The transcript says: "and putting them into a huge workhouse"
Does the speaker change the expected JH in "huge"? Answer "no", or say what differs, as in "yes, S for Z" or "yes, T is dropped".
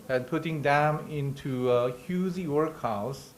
yes, Z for JH